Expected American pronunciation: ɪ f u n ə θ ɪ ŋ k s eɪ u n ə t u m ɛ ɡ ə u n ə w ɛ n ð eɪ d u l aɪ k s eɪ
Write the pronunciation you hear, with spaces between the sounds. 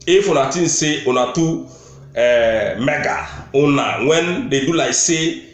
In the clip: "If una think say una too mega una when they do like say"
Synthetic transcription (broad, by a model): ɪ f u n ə t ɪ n s eɪ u n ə t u m ɛ ɡ ə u n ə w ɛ n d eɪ d u l aɪ s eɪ